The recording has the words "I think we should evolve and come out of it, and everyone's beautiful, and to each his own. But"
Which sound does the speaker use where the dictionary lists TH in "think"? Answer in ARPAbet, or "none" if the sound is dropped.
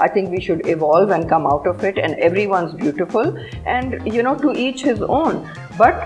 T